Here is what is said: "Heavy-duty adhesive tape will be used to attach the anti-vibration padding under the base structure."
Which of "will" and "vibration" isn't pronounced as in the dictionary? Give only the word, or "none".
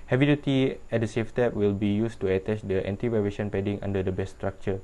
vibration